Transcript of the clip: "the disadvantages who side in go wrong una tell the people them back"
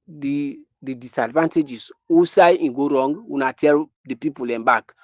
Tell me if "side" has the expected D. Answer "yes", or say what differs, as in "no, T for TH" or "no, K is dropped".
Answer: no, D is dropped